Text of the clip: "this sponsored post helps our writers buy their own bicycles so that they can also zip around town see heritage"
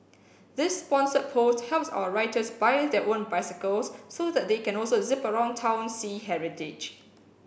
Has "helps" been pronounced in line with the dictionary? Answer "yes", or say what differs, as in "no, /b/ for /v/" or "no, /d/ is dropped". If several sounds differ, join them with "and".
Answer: yes